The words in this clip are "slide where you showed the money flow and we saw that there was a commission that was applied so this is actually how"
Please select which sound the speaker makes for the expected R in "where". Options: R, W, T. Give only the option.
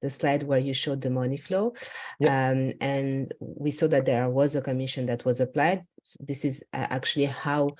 R